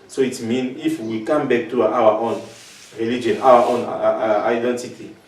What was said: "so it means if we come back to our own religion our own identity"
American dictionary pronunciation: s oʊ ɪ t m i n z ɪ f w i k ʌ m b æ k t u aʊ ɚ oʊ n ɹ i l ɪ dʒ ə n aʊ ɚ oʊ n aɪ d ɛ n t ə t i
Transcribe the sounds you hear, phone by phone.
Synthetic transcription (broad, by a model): s oʊ ɪ t m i n ɪ f w i k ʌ m b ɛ k t u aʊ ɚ oʊ n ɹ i l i dʒ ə n aʊ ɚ oʊ n aɪ d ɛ n t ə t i